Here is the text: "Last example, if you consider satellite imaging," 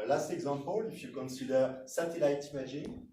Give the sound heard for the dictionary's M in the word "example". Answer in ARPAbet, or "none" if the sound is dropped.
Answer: none